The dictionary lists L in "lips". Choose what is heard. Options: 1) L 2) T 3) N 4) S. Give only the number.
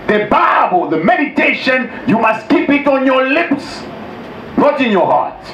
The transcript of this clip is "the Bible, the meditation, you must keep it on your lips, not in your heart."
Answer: 1